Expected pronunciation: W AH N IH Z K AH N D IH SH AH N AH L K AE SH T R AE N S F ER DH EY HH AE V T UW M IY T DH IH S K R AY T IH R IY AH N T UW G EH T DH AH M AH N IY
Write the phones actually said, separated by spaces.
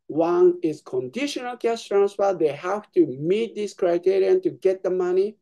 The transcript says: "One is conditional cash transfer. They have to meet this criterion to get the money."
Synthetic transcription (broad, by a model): W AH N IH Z K AH N D IH SH AH N AH L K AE S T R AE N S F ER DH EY HH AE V T UW M IY T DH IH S K R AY T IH R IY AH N T UW G EH T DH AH M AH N IY